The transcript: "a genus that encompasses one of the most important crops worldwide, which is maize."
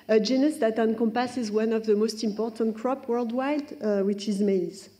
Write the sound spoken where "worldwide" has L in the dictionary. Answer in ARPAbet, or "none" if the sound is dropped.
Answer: L